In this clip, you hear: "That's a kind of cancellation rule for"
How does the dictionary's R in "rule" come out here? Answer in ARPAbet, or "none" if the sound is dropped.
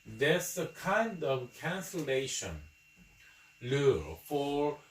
L